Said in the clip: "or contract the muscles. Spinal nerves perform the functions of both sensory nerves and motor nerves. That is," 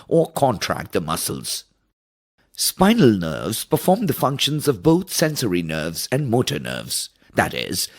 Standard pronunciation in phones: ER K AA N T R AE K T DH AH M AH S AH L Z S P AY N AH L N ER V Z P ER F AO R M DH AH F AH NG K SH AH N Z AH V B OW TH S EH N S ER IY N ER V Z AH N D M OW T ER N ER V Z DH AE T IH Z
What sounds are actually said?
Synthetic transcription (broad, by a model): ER K AA N T R AE K T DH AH M AH S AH L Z S P AY N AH L N ER V Z P ER F AO R M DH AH F AH NG K SH AH N Z AH V B OW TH S EH N S ER IY N ER V Z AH N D M OW T ER N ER V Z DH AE T IH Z